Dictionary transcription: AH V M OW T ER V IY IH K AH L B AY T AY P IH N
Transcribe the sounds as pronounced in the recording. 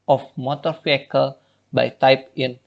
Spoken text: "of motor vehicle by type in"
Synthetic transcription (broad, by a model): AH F M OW T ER F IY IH K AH L B AY T AY P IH N